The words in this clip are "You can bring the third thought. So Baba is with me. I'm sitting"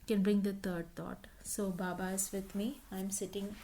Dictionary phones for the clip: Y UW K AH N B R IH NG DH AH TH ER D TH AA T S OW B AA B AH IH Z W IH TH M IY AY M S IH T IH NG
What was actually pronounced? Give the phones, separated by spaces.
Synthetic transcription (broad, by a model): K AH N B R IH NG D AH T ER D T AA T S OW B AA B AH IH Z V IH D M IY AY M S IH T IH NG